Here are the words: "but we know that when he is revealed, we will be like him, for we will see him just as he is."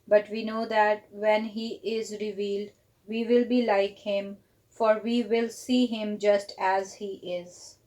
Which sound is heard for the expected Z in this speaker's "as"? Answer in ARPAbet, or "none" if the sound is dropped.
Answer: Z